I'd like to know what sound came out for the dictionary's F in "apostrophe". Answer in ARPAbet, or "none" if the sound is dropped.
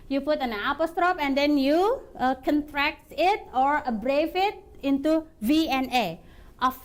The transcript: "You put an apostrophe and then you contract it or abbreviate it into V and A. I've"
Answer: P